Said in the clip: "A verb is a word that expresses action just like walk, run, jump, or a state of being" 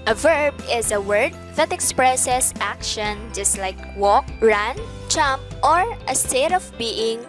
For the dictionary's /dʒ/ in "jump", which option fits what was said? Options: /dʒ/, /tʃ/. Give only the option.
/tʃ/